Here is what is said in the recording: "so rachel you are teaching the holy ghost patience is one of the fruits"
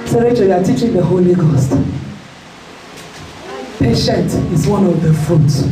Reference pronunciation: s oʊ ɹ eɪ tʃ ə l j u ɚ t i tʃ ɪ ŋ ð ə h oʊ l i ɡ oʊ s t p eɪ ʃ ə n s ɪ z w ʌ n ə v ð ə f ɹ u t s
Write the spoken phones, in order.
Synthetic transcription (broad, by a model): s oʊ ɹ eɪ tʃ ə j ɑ t i tʃ ɪ ŋ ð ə h oʊ l i ɡ oʊ s t p eɪ ʃ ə n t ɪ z w ʌ n ə v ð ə f ɹ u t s